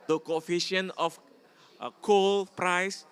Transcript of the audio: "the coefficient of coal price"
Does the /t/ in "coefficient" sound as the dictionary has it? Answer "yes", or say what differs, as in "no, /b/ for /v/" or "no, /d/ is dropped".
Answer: no, /t/ is dropped